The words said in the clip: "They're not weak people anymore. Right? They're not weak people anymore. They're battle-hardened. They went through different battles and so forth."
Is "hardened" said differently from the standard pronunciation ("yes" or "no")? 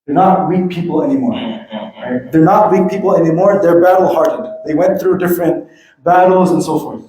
yes